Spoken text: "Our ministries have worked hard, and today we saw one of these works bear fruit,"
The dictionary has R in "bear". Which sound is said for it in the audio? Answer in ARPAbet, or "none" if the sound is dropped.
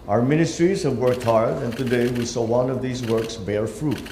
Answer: R